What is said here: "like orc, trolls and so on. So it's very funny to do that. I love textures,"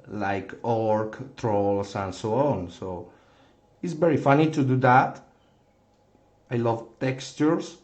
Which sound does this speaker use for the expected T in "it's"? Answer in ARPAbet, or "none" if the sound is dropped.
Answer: T